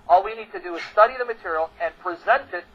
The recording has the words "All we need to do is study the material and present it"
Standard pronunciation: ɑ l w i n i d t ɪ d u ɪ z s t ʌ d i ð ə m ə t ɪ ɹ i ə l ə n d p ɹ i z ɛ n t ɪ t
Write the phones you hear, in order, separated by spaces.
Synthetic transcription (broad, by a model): ɑ l w i n i d t ɪ d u ɪ z s t ʌ d i ð ə m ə t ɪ ɹ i l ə n p ɹ i z ɛ n t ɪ t